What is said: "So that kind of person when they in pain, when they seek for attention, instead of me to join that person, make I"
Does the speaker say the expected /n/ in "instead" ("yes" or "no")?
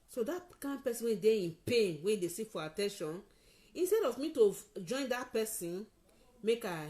yes